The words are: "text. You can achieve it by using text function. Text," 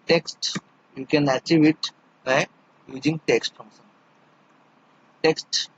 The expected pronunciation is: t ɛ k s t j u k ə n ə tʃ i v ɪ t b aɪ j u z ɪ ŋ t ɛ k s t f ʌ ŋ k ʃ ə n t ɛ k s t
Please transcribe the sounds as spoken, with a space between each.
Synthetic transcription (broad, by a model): t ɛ k s t j u k ə n ə tʃ i v ɪ t b aɪ j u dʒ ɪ ŋ t ɛ k s t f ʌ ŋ ʃ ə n t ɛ k s t